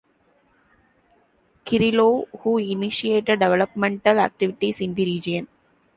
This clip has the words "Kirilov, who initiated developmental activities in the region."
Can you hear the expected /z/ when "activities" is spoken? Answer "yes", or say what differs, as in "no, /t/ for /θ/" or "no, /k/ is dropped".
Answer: no, /s/ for /z/